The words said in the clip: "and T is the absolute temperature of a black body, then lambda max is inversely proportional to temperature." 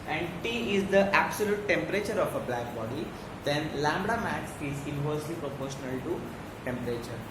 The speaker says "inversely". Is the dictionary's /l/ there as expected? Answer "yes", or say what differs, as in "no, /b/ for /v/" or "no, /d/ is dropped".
yes